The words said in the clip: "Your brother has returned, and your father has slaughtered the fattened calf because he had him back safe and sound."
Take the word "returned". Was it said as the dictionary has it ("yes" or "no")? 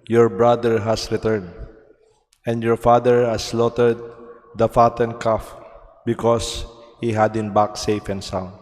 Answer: yes